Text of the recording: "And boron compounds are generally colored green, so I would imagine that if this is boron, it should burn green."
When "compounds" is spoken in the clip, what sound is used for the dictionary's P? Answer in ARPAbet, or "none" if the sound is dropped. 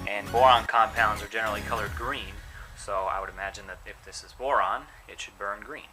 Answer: P